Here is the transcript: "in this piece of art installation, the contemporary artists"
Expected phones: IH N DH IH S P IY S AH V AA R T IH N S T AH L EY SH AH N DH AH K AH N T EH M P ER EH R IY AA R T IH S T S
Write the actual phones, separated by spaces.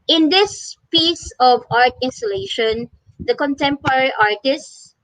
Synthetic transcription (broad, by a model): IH N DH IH S P IY S AH V AA R T IH N S T AH L EY SH AH N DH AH K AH N T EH M P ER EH R IY AA R T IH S S